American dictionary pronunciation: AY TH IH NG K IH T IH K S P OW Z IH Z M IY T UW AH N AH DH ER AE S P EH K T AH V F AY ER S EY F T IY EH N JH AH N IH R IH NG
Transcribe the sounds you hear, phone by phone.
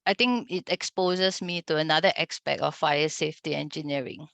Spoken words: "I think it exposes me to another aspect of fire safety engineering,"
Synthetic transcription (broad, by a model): AY T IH NG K IH T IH K S P OW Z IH S M IY T UW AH N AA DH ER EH S P EH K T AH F AY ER S EY F T IY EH N JH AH N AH R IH NG